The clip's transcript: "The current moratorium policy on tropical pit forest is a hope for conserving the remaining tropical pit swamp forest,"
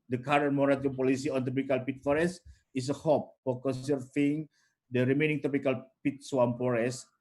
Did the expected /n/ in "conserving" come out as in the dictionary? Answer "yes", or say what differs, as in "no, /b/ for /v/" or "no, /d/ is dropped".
no, /n/ is dropped